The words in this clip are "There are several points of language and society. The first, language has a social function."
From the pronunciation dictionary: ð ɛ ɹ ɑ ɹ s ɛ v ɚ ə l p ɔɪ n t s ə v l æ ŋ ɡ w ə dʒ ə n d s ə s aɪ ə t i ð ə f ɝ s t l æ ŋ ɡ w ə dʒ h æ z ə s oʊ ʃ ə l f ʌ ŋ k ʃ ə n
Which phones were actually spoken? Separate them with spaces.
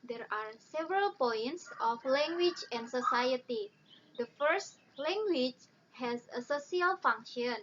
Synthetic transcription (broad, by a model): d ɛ ɹ ɑ ɹ s ɛ v ɚ ə l p ɔɪ n t s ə f l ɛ ŋ ɡ w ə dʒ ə n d s ə s aɪ ə t i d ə f ɝ s t l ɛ ŋ ɡ w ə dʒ h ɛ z ə s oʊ s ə l f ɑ ŋ k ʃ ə n